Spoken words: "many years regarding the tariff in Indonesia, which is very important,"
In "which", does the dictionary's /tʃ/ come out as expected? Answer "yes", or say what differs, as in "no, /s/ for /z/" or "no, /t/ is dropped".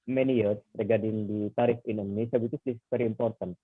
no, /s/ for /tʃ/